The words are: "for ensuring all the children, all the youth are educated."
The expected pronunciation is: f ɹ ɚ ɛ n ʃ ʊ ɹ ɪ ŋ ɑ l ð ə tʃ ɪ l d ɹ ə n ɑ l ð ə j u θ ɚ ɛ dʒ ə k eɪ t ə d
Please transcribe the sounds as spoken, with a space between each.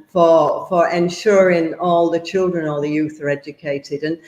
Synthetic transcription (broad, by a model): f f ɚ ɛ n ʃ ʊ ɹ ɪ ŋ ɑ l ð ə tʃ ɪ l d ɹ ə n ɑ l ð ə j u θ ɚ ɛ dʒ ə k eɪ t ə d